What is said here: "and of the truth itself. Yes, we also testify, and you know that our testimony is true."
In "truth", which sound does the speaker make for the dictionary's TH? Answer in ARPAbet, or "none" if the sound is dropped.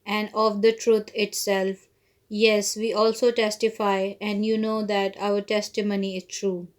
T